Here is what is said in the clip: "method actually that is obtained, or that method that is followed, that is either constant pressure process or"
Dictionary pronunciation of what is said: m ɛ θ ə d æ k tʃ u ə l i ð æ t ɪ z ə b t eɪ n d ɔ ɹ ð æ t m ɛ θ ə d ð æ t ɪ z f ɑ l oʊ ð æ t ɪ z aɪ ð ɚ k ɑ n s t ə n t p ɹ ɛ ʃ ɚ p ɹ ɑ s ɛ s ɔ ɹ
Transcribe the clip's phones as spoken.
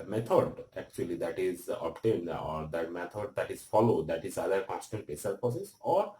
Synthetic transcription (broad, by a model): m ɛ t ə d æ k tʃ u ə l i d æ t ɪ z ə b t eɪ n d ɔ ɹ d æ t m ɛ t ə d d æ t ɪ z f ɑ l oʊ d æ t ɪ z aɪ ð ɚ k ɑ s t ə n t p ɛ s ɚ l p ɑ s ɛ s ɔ ɹ